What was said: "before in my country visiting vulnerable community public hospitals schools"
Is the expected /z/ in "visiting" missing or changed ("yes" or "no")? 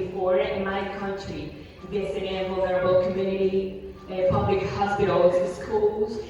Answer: yes